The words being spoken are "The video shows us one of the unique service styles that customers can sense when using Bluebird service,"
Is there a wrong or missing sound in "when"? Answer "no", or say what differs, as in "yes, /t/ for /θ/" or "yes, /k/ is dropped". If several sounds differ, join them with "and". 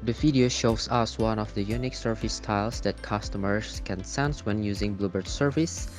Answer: no